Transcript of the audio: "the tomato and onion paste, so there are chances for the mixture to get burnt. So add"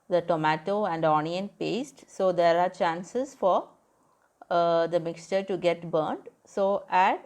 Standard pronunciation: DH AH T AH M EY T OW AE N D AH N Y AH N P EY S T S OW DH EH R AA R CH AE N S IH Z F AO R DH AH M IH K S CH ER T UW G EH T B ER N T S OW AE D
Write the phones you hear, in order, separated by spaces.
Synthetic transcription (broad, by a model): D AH T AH M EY T OW AE N D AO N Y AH N P EY S T S OW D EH R AA R CH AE N S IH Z F AO R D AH M IH K S CH ER T UW G EH T B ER N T S OW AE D